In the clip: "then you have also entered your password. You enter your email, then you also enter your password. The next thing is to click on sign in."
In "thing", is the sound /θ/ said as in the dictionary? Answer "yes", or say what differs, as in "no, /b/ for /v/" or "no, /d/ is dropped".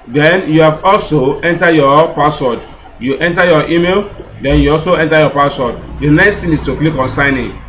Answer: no, /t/ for /θ/